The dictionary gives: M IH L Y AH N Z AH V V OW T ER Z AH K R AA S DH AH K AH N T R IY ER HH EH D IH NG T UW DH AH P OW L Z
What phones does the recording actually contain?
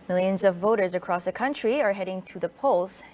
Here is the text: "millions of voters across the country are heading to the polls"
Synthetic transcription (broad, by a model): M IH L Y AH N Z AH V V OW T ER Z AH K R AA S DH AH K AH N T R IY ER HH EH D IH NG T UW DH AH P OW L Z